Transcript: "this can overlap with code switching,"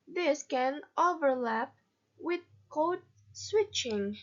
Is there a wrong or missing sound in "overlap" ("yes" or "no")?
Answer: no